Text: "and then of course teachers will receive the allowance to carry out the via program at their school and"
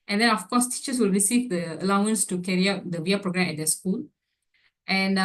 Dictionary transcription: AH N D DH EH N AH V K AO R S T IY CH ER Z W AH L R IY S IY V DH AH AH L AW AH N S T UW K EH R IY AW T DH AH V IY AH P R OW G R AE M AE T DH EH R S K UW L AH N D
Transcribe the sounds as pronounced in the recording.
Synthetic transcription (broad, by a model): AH N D EH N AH F K AO S T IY CH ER S W AH L R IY S IY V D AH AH L AW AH N S T UW K EH R IY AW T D AH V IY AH P R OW G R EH M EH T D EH S K UW L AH N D